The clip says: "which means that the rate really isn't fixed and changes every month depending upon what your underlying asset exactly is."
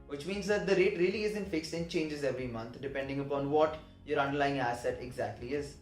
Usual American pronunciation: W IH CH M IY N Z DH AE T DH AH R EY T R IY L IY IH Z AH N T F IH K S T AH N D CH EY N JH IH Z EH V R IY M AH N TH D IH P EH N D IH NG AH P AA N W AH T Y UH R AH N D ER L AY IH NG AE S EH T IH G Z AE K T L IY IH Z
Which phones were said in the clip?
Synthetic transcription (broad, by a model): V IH CH M IY N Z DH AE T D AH R EY T R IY L IY IH Z AH N T F IH K S T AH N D CH EY N JH IH Z EH V R IY M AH N T D IH P EH N D IH NG AH P AA N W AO T Y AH R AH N D ER L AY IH NG AE S EH T IH G Z AE K T L IY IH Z